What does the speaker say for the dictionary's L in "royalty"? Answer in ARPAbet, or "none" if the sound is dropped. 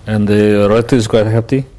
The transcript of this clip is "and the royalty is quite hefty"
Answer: none